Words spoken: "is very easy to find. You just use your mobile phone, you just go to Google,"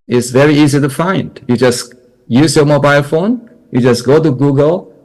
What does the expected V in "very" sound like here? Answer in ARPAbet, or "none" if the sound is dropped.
V